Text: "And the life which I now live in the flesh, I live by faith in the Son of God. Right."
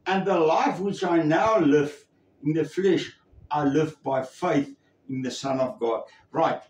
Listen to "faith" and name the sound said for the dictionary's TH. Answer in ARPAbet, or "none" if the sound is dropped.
TH